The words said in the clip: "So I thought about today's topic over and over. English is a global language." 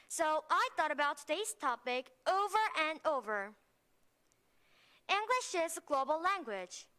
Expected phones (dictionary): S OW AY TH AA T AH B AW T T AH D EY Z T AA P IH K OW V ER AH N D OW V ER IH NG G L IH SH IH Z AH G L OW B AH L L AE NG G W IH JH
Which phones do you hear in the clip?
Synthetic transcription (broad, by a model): S OW AY TH AA T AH B AW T T AH D EY Z T AA P IH K OW V ER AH N OW V ER IH NG G L IH SH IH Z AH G L OW B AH L L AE NG G W IH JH